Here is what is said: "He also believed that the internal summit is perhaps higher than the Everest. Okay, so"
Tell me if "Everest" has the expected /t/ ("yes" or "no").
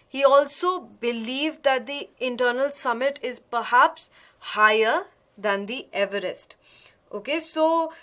yes